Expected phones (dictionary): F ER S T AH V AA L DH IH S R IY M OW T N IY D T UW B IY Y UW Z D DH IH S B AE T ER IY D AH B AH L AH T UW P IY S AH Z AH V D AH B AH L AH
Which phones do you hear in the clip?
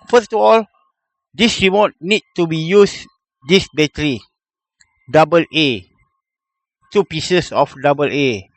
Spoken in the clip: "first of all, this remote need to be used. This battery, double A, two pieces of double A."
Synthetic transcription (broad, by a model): F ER S T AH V AA L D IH S R IY M OW T N IY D T UW B IY Y UW S D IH S B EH T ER IY D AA B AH L AH T UW P IY S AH S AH F D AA B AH L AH